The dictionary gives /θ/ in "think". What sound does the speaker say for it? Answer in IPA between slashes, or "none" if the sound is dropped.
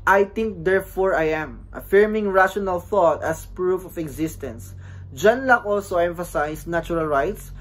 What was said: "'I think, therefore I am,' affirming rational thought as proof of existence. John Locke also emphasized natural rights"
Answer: /t/